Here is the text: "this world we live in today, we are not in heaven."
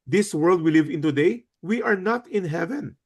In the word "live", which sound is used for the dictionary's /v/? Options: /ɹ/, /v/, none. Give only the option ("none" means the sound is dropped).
/v/